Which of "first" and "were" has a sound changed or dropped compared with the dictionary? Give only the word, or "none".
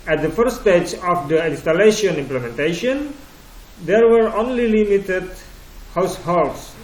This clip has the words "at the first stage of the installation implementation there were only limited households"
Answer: first